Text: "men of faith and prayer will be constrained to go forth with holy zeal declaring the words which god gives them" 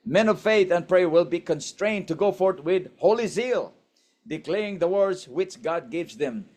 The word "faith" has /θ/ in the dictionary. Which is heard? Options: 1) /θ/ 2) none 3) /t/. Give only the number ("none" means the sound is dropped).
1